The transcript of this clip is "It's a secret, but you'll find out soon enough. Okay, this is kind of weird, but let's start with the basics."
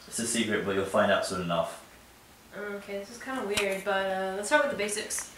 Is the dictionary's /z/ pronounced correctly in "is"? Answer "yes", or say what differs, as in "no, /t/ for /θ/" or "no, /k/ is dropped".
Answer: no, /s/ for /z/